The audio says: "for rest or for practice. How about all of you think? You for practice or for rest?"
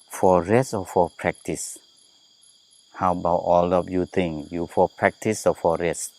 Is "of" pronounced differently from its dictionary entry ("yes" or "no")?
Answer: yes